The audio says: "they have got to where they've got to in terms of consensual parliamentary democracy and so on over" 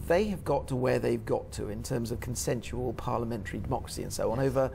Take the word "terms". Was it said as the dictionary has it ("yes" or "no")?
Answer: yes